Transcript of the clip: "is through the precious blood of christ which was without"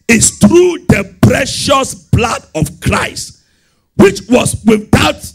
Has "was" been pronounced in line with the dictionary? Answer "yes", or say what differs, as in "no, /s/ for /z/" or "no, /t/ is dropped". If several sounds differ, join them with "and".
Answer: no, /s/ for /z/